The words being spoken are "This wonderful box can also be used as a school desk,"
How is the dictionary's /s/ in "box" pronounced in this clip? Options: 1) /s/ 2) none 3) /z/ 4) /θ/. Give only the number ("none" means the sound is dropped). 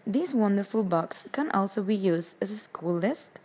1